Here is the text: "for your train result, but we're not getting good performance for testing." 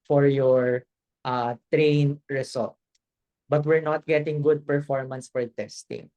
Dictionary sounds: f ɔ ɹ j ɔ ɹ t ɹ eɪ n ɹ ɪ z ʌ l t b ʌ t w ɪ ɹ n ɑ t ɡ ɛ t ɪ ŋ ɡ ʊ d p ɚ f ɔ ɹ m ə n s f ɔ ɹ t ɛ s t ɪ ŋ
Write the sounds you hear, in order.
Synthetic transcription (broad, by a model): f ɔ ɹ j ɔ ɹ t ɹ eɪ n ɹ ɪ s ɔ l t b ʌ t w ɪ ɹ n ɑ t ɡ ɛ t ɪ ŋ ɡ ʊ d p ɚ f ɔ ɹ m ə n s f ɔ ɹ t ɛ s t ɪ ŋ